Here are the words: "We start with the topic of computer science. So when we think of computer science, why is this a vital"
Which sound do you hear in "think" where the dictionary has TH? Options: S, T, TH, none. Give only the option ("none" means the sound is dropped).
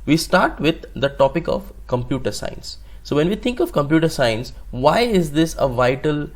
T